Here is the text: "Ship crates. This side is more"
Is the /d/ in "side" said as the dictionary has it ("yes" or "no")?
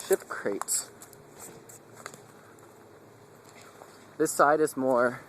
yes